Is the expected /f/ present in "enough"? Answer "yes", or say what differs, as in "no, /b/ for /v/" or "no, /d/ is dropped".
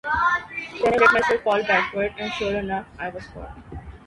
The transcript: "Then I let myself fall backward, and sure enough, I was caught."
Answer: no, /f/ is dropped